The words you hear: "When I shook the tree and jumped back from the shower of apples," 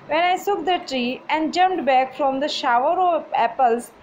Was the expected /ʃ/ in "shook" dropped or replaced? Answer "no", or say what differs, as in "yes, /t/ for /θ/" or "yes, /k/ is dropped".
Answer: yes, /s/ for /ʃ/